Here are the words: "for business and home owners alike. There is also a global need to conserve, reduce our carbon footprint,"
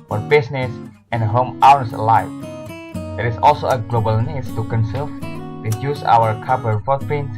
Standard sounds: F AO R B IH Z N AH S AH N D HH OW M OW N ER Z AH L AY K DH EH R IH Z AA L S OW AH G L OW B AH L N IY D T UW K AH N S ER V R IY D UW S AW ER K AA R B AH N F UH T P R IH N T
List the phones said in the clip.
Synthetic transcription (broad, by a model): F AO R B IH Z N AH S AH N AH HH OW M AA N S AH L AY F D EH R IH S AA L S OW AH G L OW B AH L N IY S T UW K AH N S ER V R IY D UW S AW ER K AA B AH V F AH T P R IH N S